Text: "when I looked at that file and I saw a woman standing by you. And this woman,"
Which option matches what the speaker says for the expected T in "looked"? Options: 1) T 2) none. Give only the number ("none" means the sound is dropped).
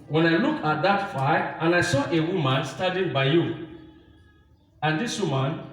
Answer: 2